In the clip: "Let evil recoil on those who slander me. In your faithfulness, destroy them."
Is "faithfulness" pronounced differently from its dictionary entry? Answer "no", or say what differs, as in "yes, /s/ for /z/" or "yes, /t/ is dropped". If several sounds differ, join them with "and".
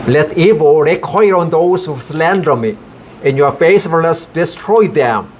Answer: yes, /n/ is dropped